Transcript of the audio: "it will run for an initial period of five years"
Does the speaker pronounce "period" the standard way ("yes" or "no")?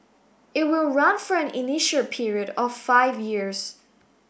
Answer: yes